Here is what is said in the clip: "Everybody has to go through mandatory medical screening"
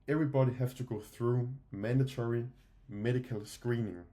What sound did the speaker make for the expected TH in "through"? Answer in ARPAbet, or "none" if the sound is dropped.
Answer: TH